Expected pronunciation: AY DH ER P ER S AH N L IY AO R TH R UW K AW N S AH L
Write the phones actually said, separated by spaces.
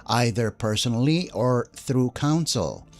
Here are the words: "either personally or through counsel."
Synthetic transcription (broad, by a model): AY DH ER P ER S AH N L IY AO R TH R UW K AW N S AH L